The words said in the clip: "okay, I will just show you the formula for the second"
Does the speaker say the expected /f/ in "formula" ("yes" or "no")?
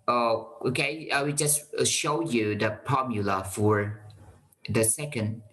no